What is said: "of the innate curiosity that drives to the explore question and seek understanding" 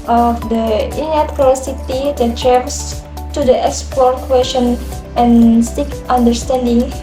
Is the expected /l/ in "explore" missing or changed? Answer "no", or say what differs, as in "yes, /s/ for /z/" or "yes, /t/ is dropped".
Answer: yes, /l/ is dropped